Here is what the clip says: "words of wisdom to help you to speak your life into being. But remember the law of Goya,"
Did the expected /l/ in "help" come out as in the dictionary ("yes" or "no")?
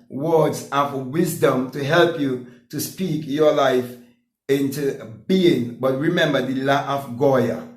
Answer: yes